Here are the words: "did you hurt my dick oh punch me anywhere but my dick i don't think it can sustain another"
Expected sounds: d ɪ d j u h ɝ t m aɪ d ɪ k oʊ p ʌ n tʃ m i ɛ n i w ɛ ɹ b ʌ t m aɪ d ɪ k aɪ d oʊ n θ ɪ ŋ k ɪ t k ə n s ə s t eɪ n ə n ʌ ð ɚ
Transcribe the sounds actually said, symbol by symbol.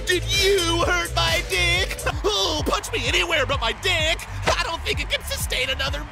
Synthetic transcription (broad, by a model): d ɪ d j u h ɝ t m aɪ d ɪ k oʊ p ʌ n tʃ m i ɛ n i w ɛ ɹ b ʌ t m aɪ d ɪ k aɪ d oʊ n θ ɪ ŋ k ɪ t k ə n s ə s t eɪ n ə n ʌ ð ɚ